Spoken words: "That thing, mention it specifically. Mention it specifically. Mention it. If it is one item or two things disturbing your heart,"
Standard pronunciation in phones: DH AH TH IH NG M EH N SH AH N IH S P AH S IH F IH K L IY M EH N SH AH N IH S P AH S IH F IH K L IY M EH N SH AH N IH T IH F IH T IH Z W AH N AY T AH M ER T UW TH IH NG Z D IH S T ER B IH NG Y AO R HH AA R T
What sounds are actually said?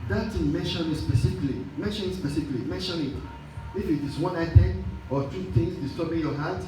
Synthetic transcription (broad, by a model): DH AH T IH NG M EH N SH AH N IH S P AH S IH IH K L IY M EH N SH AH N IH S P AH S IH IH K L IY M EH N SH AH N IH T IH F IH T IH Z W AH N AY T AH M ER T UW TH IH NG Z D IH S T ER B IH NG Y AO HH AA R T